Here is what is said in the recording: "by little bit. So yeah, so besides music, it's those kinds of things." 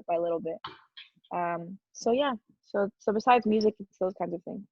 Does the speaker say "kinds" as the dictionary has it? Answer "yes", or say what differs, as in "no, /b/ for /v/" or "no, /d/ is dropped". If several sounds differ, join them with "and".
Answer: yes